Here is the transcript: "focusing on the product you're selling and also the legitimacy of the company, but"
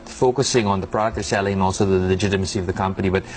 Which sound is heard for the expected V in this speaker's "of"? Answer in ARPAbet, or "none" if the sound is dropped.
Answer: V